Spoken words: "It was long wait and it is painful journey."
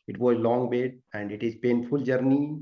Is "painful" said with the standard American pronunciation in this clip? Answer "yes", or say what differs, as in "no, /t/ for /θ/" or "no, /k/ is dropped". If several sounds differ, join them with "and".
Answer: yes